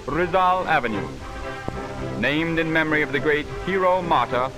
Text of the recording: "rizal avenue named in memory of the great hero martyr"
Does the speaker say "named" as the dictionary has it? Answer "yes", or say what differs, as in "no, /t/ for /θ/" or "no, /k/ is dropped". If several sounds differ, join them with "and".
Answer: yes